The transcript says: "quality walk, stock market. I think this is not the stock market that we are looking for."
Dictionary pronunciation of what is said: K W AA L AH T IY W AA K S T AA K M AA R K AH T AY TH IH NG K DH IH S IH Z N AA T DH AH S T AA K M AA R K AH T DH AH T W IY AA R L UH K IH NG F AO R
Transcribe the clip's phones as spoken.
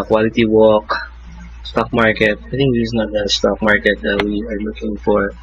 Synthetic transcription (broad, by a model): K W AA L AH T IY W AA K S T AA K M AA R K AH T AY T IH NG K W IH IH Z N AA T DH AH S T AA K M AA R K AH T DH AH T W IY AA R L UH K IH NG F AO R